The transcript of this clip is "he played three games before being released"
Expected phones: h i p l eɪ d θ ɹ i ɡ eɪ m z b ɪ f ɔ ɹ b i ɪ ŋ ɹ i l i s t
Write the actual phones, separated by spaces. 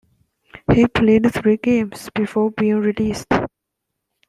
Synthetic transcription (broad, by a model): h i p l eɪ d t ɹ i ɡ eɪ m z b ɪ f ɔ ɹ b i ɪ ŋ ɹ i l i s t